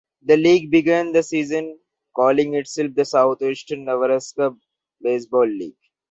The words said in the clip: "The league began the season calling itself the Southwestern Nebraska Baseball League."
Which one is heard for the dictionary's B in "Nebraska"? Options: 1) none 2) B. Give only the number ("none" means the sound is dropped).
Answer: 1